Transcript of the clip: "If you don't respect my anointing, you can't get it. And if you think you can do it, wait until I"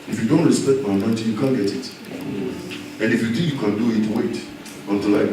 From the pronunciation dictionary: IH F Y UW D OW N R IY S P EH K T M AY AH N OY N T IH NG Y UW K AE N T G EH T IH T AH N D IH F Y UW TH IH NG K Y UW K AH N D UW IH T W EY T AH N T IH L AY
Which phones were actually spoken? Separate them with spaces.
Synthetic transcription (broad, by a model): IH F Y UW D OW N R IY S P EH K T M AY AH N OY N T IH Y UW K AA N G EH T IH T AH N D IH F Y UW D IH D Y UW K AH N D UW IH T W EY T AH N T IH L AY